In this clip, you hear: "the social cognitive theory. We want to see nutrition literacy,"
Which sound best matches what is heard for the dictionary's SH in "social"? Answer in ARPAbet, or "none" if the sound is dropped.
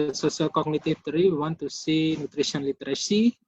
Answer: S